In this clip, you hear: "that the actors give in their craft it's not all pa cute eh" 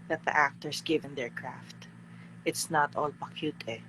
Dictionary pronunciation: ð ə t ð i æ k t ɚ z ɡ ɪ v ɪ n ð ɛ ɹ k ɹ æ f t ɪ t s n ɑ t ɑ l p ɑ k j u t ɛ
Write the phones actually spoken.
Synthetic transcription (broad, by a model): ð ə t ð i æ k t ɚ s ɡ ɪ v ɪ n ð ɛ ɹ k ɹ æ f t ɪ t s n ɑ t ɑ l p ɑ k j u t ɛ